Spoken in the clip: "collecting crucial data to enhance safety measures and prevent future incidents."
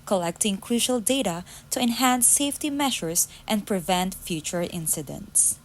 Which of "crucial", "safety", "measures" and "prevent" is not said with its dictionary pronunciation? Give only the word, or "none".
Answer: measures